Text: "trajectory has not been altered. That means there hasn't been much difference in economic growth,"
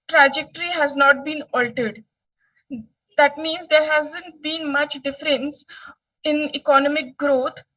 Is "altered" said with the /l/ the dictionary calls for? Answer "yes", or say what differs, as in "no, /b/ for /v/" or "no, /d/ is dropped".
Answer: yes